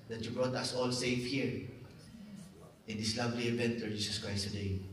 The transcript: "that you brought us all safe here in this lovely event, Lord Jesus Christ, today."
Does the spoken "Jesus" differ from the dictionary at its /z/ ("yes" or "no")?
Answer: yes